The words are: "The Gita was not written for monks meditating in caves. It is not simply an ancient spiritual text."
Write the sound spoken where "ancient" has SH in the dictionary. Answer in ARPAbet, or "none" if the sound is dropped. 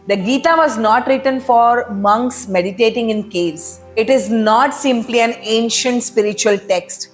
SH